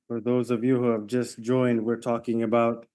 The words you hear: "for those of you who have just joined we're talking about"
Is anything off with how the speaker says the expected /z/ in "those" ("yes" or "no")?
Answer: no